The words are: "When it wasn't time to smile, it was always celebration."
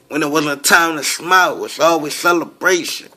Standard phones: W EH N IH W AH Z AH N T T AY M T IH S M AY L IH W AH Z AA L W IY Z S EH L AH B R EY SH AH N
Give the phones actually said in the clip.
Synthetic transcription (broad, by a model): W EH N IH W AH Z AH T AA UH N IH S M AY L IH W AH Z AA L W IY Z S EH L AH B R EY SH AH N